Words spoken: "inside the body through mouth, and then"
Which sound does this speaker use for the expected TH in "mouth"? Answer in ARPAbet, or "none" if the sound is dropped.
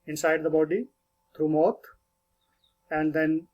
T